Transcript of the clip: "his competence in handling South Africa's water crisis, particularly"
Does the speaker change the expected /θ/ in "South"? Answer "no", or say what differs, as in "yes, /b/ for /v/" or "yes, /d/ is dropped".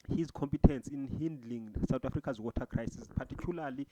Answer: yes, /t/ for /θ/